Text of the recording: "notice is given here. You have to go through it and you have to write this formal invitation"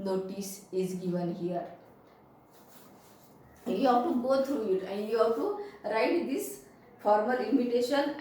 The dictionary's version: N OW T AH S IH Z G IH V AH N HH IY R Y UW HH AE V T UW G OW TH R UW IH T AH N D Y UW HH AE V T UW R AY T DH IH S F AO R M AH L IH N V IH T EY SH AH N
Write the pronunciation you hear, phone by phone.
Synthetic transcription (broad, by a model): N OW T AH S IH Z G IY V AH N HH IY R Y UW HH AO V T UW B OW T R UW IH T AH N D Y UW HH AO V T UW R AY T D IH S F AO R M AH L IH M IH T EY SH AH N